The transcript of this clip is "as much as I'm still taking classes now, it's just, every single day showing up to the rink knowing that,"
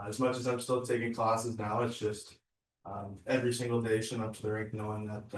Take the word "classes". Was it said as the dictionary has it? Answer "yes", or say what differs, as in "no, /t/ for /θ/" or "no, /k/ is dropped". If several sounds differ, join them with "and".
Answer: yes